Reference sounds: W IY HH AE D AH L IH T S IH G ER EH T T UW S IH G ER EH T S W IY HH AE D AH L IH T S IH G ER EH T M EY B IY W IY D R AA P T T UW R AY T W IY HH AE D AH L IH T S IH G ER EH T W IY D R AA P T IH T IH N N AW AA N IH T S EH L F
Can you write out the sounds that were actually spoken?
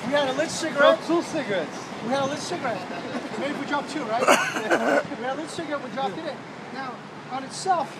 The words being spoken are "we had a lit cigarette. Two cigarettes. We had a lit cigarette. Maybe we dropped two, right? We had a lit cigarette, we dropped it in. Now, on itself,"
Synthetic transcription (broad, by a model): W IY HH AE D AH L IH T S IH G ER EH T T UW S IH G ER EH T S W IY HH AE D AH L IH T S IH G ER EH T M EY IY W IY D R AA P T T UW R AY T W IY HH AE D AH L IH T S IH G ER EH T W IY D R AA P IH T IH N N AW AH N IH T S EH L F